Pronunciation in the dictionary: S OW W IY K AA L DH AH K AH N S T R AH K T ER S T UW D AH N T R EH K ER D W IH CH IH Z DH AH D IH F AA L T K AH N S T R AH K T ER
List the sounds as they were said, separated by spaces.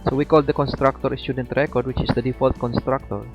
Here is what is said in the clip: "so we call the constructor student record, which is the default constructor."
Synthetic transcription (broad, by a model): S OW W IY K AA L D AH K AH N S T R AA K T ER S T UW D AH N T R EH K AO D W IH CH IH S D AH D IH F AA L T K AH N S T R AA K T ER